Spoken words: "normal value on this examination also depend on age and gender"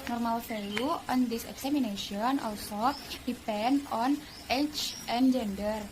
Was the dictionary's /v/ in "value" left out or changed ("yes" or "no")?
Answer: yes